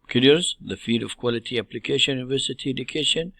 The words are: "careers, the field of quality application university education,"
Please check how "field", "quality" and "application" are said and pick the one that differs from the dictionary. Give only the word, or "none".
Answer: field